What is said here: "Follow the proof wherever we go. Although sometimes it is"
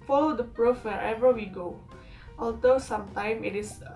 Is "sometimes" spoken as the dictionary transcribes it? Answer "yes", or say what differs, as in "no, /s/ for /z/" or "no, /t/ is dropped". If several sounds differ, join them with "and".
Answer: no, /z/ is dropped